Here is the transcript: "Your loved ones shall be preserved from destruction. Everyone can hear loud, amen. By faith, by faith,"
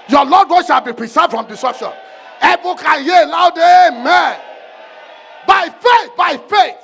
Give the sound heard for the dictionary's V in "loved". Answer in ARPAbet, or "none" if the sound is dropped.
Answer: none